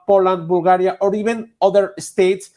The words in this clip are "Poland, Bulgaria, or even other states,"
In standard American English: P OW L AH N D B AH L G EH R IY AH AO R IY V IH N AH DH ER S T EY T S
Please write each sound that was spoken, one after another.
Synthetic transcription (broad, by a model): P OW L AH N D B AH L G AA R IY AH AO R IY B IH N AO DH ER S T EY T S